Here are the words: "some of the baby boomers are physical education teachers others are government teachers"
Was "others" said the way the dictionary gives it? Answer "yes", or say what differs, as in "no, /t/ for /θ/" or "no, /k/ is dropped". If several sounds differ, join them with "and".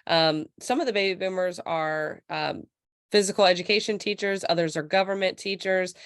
yes